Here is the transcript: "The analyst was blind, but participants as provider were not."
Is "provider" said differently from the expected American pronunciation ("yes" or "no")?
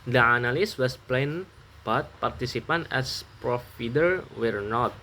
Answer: yes